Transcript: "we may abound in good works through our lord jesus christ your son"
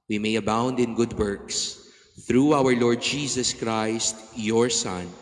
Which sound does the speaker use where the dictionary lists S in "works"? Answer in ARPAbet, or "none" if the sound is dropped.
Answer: S